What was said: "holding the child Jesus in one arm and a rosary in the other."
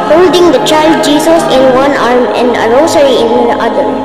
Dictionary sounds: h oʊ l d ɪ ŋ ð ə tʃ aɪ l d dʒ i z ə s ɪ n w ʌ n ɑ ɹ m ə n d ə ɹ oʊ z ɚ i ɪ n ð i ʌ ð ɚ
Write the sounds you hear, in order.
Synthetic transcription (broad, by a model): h oʊ l d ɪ ŋ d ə tʃ aɪ l d dʒ i s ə s ɪ n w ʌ n ɑ ɹ m ə n d ə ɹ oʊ s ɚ i ɪ n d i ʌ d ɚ